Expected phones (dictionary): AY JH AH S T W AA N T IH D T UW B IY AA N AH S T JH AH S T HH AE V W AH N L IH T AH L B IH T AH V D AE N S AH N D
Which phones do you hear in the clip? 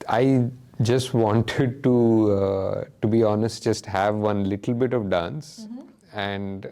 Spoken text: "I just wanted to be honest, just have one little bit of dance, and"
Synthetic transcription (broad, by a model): AY JH AH S T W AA N T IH D T UW B IY AA N AH S T JH AH S T HH AE V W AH N L IH T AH L B IH T AH V D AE N S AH N D